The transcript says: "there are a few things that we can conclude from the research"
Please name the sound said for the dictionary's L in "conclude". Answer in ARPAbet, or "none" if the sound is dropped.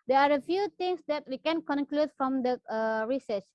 L